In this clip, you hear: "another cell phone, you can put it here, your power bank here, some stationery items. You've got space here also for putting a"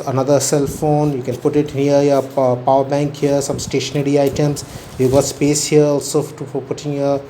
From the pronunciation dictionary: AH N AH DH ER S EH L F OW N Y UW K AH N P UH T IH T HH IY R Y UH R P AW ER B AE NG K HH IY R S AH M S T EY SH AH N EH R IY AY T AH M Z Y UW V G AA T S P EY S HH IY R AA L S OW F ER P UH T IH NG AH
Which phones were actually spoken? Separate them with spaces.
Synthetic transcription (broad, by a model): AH N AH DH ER S EH L F OW N Y UW K AH N P UH T IH T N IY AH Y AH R P AW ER B AE NG K HH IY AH S AH M S T EY SH AH N EH R IY AY T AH M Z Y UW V G AA T S P EY S HH IY R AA L S OW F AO P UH T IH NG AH